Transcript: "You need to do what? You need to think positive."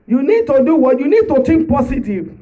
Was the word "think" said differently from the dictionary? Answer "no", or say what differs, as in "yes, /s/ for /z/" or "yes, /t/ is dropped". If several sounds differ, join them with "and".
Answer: yes, /t/ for /θ/